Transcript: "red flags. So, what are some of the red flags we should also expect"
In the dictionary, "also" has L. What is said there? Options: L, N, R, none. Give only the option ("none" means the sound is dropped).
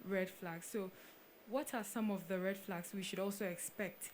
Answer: L